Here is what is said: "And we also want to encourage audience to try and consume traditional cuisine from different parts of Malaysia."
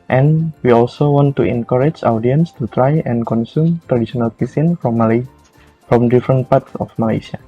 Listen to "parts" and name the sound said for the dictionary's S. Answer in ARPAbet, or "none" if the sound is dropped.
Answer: S